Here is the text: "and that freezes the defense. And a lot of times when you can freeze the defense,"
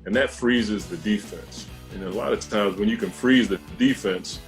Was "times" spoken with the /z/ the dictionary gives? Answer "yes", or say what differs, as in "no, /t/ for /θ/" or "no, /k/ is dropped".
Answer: yes